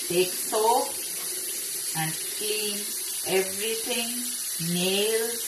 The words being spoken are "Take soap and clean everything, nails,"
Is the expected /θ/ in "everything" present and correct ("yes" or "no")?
no